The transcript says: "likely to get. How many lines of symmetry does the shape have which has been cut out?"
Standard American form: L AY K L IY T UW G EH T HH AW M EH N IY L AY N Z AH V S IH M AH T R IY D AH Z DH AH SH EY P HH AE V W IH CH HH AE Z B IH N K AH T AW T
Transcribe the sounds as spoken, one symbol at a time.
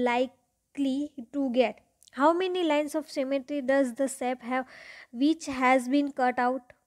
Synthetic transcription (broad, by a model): L AY K L IY T UW G EH T HH AW M EH N IY L AY N S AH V S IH M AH T R IY D AH Z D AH S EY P HH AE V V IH CH HH AE Z B IH N K AH T AW T